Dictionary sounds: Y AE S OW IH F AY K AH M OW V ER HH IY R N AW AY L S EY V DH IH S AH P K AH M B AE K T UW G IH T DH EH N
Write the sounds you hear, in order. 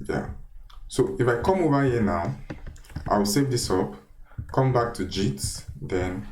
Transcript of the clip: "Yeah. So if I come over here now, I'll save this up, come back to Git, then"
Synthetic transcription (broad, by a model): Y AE S OW IH F AY K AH M OW V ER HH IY N AW AY W S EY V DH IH S AH P K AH M B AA K T UW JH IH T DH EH N